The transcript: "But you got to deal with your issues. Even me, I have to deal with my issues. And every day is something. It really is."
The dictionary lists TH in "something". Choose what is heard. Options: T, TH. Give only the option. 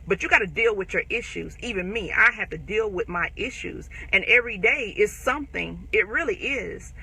TH